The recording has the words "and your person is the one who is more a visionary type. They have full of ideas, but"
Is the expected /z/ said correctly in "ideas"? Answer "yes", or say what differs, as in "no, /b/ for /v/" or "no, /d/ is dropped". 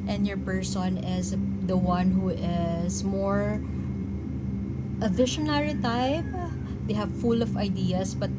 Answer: no, /s/ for /z/